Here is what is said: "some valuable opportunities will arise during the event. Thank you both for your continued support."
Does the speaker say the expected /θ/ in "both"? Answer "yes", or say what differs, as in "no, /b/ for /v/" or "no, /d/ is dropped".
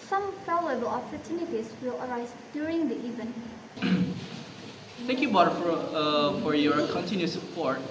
no, /f/ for /θ/